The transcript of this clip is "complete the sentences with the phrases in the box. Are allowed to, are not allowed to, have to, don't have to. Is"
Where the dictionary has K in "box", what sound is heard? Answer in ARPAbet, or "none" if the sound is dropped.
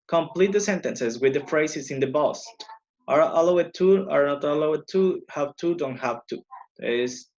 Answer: none